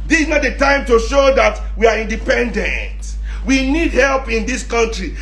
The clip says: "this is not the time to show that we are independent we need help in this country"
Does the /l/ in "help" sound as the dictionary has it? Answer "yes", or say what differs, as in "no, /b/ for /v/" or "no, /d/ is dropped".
yes